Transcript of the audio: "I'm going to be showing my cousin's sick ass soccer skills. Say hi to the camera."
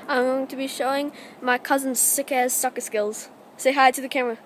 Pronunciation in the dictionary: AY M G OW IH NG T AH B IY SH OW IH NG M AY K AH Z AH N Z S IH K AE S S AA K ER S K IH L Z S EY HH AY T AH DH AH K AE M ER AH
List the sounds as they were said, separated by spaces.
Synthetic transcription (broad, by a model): AY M G OW IH NG T AH B IY SH OW IH NG M AY K AH Z AH N Z S IH K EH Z S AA K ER S K IH L Z S EY HH AY T AH DH AH K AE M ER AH